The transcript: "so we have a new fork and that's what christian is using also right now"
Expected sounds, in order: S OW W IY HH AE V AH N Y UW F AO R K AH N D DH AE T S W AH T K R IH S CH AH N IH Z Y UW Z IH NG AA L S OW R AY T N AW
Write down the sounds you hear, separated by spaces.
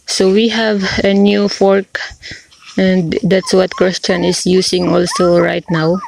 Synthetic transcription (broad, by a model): S OW W IY HH AE V AH N Y UW F AO R K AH N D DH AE T S W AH T K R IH S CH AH N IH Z Y UW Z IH NG AA L S OW R AY T N AW